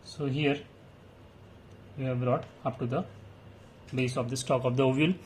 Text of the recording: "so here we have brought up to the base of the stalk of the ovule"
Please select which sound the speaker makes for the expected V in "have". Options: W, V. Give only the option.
V